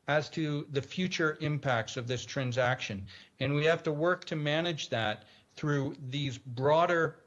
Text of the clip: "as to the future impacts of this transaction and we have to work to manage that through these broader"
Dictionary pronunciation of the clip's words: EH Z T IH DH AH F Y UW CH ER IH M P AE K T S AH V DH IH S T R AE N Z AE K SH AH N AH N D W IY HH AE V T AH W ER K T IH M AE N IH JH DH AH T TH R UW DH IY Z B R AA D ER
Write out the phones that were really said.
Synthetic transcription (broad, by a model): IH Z T IH DH AH F Y UW CH ER IH M P AE K T S AH V DH IH S T R AE N Z AE K SH AH N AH N W IY HH AE F T AH W ER K T IH M AE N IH JH DH AH T TH R UW DH IY Z B R AA D ER